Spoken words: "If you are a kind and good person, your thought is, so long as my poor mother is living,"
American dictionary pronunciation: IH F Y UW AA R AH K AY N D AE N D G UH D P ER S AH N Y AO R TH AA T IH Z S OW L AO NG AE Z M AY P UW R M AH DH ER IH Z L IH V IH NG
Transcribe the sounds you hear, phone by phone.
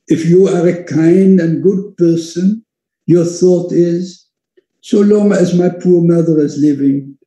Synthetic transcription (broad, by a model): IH F Y UW AA R AH K AY N D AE N G UH D P ER S AH N Y AO R TH AA T IH Z S OW L AO NG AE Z M AY P UW R M AH DH ER IH Z L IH V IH NG